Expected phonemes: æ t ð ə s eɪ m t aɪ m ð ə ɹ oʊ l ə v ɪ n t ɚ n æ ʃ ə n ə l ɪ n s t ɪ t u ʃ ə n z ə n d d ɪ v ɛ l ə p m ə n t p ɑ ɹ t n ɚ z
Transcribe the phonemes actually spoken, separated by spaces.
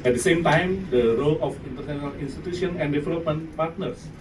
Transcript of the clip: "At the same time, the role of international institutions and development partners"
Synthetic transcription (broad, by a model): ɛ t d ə s eɪ m t aɪ m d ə ɹ oʊ l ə f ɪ n t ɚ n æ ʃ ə n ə l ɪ n s t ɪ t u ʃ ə n ə n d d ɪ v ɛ l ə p m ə n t p ɑ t n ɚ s